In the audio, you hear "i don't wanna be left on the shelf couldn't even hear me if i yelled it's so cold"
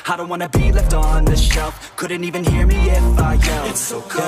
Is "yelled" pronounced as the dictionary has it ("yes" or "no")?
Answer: no